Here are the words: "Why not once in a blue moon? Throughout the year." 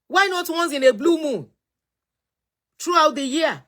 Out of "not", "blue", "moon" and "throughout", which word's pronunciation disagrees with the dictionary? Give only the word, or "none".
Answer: throughout